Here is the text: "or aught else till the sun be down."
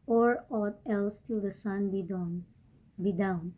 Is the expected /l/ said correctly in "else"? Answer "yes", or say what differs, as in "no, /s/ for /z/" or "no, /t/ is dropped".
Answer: yes